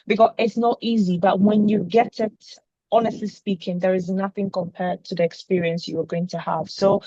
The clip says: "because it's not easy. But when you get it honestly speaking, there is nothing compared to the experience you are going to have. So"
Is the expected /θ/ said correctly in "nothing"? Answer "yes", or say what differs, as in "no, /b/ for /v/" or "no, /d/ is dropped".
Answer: yes